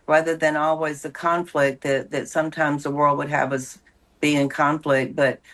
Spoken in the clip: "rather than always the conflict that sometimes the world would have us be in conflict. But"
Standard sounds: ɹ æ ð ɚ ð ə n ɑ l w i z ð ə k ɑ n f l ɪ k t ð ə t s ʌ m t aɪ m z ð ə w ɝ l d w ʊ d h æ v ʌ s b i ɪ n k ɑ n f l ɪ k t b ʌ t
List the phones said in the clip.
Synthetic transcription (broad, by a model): ɹ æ ð ɚ ð ə n ɑ l w i z ð ə k ɑ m f l ɪ k t ð ə t s ʌ m t aɪ m z ð ə w ɝ l d w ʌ d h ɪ v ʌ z b i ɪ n k ɑ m f l ɪ k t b ʌ t